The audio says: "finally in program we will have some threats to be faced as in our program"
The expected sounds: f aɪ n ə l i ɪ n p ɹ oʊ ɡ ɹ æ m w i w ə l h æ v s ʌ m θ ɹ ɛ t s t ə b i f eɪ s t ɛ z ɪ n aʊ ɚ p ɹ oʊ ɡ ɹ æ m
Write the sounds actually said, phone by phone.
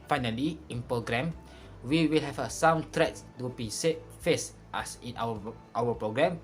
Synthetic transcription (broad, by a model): f aɪ n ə l i ɪ n p ɹ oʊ ɡ ɹ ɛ m w i w ə l h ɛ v s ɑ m t ɹ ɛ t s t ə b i f eɪ s t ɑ s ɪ n aʊ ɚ p ɹ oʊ ɡ ɹ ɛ m